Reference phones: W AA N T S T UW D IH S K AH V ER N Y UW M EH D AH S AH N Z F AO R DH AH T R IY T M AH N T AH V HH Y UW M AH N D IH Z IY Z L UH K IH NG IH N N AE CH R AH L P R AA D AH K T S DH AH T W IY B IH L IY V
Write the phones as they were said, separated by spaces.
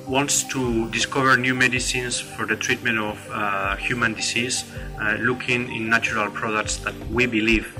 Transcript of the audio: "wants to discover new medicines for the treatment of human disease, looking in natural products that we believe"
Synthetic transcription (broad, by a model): W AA N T S T UW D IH S K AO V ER N Y UW M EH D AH S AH N S F AO R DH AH T R IY T M AH N T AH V HH Y UW M AH N D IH S IY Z L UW K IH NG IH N N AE CH R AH L P R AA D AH K T S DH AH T W IY B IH L IY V